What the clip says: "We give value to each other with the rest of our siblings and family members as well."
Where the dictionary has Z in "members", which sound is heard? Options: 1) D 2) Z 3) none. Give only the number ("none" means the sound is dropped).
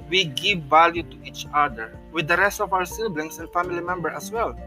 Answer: 3